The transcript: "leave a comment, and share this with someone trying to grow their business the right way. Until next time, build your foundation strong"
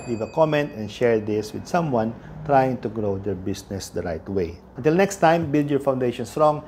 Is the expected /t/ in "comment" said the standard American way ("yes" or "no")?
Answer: yes